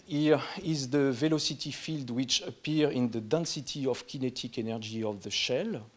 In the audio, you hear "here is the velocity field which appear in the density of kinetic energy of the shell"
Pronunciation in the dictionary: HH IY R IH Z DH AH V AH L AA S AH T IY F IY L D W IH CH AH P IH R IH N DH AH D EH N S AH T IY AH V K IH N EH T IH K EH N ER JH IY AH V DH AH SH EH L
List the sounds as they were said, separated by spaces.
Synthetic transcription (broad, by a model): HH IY R IH Z DH AH V AH L AA S AH T IY F IY L D W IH CH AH P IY R IH N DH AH D EH N S AH T IY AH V K IH N EH T IH K EH N ER JH IY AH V DH AH SH EH L